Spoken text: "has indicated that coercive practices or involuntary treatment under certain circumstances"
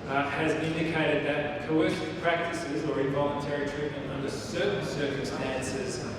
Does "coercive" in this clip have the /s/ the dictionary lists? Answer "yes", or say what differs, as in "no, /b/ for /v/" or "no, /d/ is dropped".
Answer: no, /ʃ/ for /s/